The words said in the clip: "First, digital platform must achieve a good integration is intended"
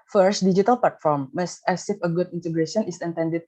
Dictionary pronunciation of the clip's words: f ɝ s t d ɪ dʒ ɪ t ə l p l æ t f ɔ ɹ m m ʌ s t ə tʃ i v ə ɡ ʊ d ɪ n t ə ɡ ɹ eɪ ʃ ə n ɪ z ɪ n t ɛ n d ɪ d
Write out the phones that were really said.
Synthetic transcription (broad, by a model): f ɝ s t d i dʒ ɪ t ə l p l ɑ t f ɔ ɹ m m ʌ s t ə s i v ə ɡ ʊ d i n t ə ɡ ɹ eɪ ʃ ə n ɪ s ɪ n t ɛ n d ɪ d